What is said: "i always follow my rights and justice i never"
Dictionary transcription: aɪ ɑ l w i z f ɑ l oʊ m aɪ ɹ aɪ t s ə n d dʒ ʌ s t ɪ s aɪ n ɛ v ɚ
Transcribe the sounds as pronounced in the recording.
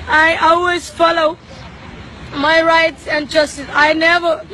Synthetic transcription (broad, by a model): aɪ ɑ l w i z f ɑ l oʊ m aɪ ɹ aɪ t s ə n dʒ ʌ s t ɪ s aɪ n ɛ v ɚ